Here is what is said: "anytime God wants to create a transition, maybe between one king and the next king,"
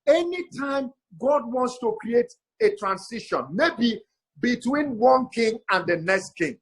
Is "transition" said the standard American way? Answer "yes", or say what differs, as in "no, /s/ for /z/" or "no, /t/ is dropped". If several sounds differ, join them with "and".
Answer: no, /s/ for /z/